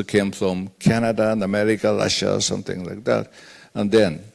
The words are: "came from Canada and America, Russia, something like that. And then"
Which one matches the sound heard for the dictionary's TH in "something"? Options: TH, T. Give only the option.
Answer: TH